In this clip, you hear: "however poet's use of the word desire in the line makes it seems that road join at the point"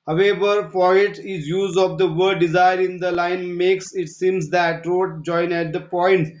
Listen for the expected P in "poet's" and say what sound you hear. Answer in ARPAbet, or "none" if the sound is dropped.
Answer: F